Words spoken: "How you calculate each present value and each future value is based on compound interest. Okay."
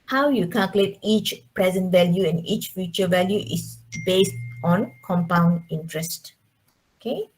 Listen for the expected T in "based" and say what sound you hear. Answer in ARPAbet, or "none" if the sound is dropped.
T